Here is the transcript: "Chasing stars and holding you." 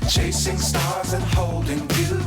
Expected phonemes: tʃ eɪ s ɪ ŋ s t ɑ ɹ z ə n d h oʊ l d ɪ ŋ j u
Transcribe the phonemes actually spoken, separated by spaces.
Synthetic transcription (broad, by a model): tʃ eɪ s ɪ ŋ s t ɑ ɹ z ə n h oʊ l d ɪ ŋ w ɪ